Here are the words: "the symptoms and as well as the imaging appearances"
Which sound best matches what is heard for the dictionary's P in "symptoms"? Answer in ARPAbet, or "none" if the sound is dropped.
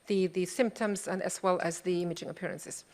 P